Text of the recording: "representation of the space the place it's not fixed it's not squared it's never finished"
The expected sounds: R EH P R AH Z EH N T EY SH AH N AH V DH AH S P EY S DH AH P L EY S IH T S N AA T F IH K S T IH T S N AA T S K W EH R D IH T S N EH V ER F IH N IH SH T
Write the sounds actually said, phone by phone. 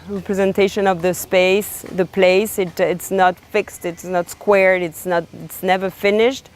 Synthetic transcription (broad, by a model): R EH P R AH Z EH N T EY SH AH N AH V DH AH S P EY S DH AH P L EY S IH T S N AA T F IH K S T IH T S N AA T S K W EH R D IH T S N EH V ER F IH N IH SH T